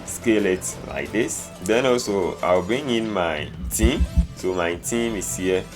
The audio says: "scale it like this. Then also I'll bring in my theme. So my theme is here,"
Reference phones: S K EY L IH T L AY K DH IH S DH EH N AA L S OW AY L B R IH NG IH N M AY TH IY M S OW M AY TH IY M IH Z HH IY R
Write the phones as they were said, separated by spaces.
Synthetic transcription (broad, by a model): S K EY L IH T L AY K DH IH S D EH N AA L S OW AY W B IY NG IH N M AY T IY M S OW M AY T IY M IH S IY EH